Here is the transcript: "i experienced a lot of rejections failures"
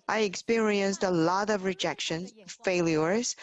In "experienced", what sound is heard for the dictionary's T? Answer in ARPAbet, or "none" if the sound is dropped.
T